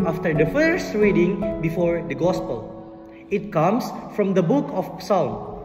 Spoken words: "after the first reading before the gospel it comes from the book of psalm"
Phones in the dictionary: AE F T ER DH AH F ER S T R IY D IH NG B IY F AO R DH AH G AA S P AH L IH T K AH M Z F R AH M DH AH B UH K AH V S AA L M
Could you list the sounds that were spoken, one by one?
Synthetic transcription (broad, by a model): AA F T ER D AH F ER S T R IY D IH NG B IY F AO R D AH G AA S P AH L IH T K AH M S F R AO M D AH B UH K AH P S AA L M